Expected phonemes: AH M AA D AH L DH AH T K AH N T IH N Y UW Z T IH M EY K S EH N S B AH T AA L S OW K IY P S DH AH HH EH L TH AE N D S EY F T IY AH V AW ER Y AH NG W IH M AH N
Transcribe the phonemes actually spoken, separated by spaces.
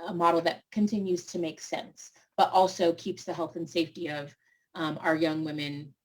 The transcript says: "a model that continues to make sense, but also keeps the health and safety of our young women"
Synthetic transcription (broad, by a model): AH M AA D L DH AH T K AH N T IH N Y UW Z T IH M EY K S EH N S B AH T AA L S OW K IY P S DH AH HH EH L TH N S EY F T IY AH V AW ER Y AH NG W IH M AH N